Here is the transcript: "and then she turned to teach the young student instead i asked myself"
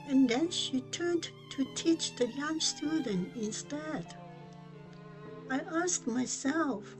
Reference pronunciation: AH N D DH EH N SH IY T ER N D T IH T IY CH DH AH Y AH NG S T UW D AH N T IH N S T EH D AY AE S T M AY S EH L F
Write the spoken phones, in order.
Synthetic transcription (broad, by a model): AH N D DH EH N SH IY T ER N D T IH T IY CH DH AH Y AH NG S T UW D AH N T IH N S T EH D AY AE S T M AY S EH L F